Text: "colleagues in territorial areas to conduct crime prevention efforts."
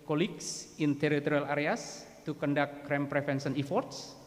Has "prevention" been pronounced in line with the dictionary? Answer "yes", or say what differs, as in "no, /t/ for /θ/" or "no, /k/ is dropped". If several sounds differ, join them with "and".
no, /f/ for /v/